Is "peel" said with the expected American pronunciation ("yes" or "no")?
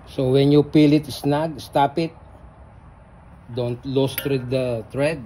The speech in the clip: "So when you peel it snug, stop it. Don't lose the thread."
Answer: yes